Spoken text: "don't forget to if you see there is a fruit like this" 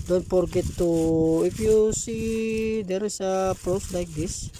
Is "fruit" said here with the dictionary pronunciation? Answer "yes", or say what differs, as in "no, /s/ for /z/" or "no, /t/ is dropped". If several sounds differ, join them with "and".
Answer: no, /p/ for /f/